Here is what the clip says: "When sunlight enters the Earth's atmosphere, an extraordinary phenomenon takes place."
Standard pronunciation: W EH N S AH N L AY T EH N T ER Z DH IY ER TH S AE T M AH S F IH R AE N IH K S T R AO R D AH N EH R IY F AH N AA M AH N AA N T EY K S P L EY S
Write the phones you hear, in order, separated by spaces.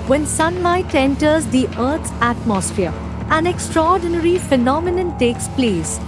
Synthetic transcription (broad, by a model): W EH N S AH N L AY T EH N T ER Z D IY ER T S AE T M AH S F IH R AE N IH K S T R AO R D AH N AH R IY F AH N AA M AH N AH N T EY K S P L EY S